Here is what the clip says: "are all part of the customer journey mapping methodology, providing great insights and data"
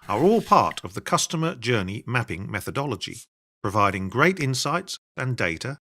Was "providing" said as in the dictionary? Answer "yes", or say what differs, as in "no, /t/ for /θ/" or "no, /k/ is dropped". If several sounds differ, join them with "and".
yes